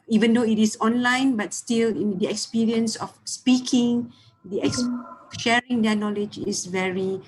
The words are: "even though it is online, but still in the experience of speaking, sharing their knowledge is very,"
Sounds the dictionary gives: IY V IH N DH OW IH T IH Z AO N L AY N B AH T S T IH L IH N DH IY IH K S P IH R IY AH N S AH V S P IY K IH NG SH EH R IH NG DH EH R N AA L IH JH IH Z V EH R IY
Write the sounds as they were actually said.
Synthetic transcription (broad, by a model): IY V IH N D OW IH T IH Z AO N L AY N B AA T S T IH L IH N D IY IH K S P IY R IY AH N S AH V S P IY K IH NG SH EH R IH NG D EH N AA L IH JH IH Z V EH R IY